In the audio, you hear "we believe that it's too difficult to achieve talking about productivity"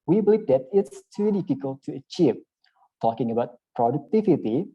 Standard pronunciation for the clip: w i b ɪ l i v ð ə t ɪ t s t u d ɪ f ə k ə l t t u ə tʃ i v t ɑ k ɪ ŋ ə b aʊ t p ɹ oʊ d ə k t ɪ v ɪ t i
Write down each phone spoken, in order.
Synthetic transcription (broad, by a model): w i b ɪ l i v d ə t ɪ t s t u d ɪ f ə k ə l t t u ə tʃ i v t ɑ k ɪ ŋ ə b aʊ t p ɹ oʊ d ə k t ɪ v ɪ t i